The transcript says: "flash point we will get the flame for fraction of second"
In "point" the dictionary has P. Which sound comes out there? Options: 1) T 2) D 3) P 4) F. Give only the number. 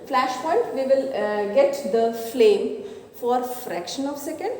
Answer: 4